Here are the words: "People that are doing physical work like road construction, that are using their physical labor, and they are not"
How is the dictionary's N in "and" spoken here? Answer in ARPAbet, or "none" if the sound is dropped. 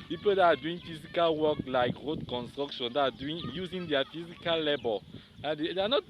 L